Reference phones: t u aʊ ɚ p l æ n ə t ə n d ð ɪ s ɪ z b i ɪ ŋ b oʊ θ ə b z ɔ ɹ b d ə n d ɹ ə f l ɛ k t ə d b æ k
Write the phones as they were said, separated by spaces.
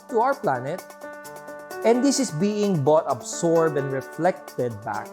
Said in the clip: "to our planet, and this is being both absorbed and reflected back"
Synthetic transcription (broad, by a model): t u aʊ ɚ p l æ n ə t ə n d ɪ s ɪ s b i ɪ ŋ b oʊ t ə b s ɔ ɹ b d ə n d ɹ ə f l ɛ k t ə d b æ k